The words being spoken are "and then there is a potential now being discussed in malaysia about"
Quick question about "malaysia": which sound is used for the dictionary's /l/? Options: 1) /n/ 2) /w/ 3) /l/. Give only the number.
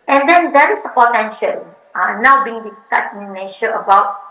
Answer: 1